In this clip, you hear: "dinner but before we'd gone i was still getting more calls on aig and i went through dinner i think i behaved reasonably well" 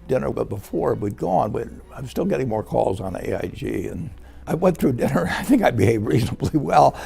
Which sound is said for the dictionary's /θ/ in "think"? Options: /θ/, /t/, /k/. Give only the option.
/θ/